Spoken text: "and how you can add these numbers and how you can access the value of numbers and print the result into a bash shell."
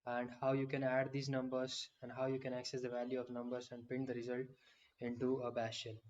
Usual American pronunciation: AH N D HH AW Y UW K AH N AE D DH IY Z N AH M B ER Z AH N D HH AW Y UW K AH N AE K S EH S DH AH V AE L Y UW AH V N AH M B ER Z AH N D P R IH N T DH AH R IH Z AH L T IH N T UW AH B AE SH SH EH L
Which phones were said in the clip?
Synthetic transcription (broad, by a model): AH N D HH AW Y UW K AH N AE D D IY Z N AH M B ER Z AH N D HH AW Y UW K AH N AE K S EH S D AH V AE L Y UW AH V N AH M B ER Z AH N D P IH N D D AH R IH Z AH L T IH N T UW AH B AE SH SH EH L